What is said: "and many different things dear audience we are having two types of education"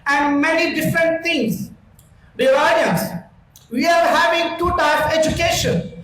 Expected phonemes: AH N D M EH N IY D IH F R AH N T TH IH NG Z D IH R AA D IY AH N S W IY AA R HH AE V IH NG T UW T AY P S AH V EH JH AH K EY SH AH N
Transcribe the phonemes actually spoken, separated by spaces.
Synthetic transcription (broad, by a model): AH N D M EH N IY D IH F R AH N T T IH NG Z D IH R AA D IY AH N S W IY AA R HH AE V IH NG T UW T AY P AH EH JH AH K EY SH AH N